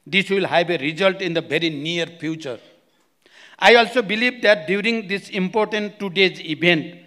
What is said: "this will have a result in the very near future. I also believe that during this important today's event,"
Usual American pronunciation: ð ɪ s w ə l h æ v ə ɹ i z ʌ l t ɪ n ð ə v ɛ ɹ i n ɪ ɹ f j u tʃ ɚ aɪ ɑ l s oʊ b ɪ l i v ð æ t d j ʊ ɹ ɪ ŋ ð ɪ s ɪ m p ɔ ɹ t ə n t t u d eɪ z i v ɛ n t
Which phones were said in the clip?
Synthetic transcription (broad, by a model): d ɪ s w ə l h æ b ə ɹ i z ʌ l t ɪ n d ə b ɛ ɹ i n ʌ ɹ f j u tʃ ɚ aɪ ɑ l s oʊ b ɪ l i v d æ t d j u ɹ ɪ ŋ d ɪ s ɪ m p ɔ ɹ t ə n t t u d eɪ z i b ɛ n t